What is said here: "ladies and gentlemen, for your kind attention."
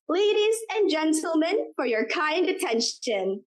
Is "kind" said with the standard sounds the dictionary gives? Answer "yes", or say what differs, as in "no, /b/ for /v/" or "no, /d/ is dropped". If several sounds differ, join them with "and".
yes